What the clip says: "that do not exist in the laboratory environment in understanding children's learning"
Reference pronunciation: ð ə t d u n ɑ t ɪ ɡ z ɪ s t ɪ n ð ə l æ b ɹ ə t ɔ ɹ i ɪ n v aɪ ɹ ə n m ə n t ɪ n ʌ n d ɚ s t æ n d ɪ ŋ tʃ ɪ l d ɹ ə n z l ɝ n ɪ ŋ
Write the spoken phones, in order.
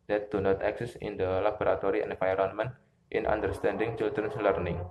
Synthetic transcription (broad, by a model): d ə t d u n ɑ t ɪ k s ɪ s ɪ n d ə l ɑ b ɹ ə t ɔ ɹ i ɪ n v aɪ ɹ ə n m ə n t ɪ n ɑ n d ɚ s t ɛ n d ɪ ŋ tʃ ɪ l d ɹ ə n s l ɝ n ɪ ŋ